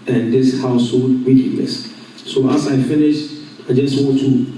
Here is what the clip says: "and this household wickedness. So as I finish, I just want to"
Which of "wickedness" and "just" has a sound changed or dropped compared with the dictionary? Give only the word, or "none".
wickedness